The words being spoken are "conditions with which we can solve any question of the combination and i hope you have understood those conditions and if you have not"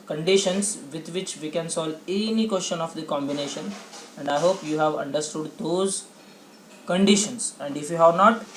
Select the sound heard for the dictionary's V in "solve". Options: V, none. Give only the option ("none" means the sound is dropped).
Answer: none